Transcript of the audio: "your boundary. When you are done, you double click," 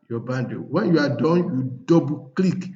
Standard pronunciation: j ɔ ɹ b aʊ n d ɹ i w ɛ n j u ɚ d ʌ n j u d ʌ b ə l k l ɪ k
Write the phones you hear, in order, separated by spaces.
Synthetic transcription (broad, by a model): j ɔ b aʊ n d i w ɛ n j u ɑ d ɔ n j u d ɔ b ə k l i k